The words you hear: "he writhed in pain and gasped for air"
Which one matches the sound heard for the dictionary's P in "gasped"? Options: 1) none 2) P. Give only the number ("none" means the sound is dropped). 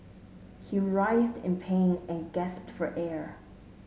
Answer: 2